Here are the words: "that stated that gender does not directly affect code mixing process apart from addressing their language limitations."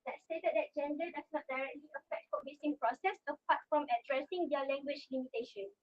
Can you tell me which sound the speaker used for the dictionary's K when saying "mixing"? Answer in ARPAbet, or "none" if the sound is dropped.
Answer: none